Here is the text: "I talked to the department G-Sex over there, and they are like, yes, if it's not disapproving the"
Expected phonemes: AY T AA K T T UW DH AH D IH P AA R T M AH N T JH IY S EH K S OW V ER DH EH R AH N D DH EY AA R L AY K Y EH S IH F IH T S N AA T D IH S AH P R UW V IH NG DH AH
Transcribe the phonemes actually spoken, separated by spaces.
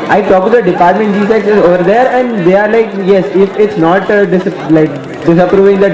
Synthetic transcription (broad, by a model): AY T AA K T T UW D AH D IH P AA R T M AH N T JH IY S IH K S OW V ER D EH R AH N D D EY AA R L AY K Y EH S IH F IH T S N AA T D IH S AH P R UW V IH NG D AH